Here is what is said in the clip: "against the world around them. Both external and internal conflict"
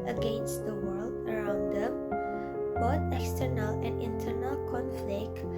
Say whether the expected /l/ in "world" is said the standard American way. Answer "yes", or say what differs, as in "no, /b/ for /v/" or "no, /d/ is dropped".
yes